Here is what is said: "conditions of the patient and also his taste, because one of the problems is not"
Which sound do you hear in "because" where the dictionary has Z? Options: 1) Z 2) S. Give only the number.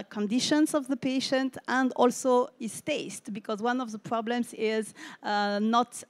1